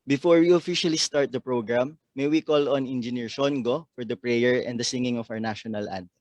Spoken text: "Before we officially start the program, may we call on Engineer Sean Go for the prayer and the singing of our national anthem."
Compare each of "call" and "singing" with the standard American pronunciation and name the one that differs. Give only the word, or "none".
none